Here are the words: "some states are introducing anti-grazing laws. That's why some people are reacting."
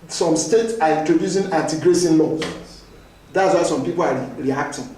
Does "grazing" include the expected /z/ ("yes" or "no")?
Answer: no